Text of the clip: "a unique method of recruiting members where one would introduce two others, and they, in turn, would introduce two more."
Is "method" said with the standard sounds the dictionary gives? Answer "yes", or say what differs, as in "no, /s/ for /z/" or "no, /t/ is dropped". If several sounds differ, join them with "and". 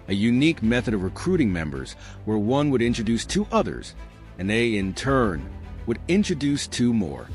yes